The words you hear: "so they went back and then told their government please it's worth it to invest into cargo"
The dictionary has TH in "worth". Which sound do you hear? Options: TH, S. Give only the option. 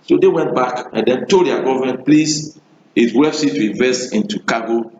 S